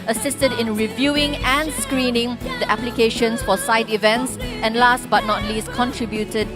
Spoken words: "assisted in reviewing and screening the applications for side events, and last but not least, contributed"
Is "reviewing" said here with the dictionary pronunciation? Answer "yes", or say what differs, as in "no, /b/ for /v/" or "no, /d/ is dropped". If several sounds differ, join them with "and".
yes